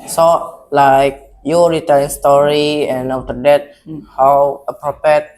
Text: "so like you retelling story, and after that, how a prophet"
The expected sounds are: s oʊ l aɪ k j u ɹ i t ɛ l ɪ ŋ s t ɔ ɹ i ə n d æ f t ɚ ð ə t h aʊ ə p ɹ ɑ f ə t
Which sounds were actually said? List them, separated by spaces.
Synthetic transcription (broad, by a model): s oʊ l aɪ k j u ɹ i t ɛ ɪ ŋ s t ɔ ɹ i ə n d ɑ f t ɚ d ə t h aʊ ə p ɹ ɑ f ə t